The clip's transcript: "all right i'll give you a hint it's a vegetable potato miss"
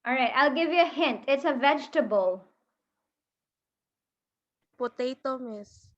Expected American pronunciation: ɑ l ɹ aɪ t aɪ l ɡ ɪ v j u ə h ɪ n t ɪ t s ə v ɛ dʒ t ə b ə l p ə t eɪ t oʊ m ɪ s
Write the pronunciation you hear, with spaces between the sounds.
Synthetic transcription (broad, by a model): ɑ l ɹ aɪ t aɪ l ɡ ɪ v j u ə h ɪ n t ɪ t s ə v ɛ dʒ t ə b ə l p ə t eɪ t oʊ m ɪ s